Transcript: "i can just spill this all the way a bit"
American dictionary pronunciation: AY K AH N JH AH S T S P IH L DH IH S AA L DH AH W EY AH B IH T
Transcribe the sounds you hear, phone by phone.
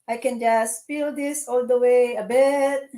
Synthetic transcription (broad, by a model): AY K AH N JH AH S S F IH L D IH S AA L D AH W EY AH B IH T